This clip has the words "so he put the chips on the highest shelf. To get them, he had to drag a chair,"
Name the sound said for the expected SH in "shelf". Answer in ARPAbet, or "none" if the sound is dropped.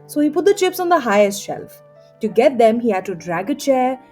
SH